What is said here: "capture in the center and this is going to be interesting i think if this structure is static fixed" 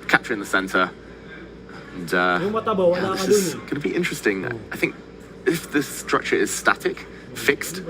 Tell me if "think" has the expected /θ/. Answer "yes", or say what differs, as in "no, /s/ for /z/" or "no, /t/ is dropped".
yes